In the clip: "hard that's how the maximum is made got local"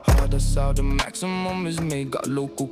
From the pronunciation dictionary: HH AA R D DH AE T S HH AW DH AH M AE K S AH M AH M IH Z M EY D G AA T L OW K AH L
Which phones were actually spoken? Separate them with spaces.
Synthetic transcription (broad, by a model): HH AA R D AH S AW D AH M AE K S AH M AH M IH Z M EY G AA T L OW K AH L